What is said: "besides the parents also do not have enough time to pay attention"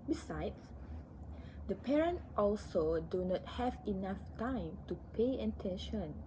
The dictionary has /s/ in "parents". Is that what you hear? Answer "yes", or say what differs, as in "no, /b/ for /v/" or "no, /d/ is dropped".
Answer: no, /s/ is dropped